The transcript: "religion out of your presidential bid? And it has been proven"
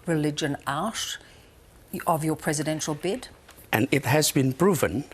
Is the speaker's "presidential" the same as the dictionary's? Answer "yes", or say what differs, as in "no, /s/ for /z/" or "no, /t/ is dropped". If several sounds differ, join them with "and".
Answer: yes